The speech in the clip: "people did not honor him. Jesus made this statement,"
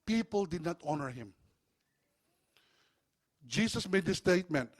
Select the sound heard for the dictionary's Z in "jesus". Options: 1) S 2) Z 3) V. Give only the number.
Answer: 1